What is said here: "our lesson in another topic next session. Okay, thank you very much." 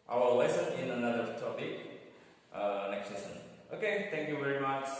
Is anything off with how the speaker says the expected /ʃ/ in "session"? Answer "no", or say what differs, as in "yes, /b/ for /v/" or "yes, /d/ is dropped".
yes, /s/ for /ʃ/